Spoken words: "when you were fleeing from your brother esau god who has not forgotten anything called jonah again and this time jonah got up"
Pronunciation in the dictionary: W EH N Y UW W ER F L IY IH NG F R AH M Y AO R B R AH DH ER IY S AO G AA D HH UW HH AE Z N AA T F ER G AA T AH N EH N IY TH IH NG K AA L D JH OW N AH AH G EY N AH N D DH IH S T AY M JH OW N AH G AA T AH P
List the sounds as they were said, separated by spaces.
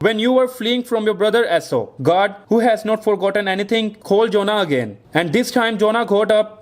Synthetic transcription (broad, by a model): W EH N Y UW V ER F L IY IH NG F R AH M Y AO R B R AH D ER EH S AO G AA D HH UW HH AE Z N AA T F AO G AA T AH N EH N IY T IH NG K AA L D JH OW N AH AH G EY N AH N D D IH S T AY M JH OW N AH G AA T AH P